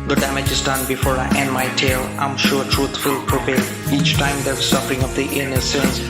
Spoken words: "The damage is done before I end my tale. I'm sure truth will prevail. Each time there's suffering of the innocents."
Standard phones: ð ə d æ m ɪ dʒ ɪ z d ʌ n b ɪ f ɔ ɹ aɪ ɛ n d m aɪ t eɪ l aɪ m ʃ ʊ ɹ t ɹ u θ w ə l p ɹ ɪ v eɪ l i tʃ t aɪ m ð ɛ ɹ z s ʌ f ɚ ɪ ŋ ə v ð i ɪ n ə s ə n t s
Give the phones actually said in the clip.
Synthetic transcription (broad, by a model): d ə d æ m ɪ dʒ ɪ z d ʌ n b ɪ f ɔ ɹ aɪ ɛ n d m aɪ t eɪ l aɪ m ʃ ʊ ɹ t ɹ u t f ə l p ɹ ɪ p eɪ i tʃ t aɪ m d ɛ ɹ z s ʌ f ɚ ɪ ŋ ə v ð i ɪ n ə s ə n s